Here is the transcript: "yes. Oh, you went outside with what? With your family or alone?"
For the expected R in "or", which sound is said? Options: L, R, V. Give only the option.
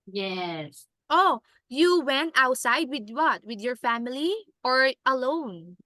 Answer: R